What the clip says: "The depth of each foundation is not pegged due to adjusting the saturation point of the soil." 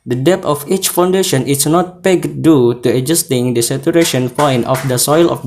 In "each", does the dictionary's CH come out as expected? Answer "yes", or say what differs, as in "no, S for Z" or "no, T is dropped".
yes